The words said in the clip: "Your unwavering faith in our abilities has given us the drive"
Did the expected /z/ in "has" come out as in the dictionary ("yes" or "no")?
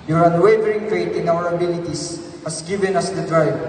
no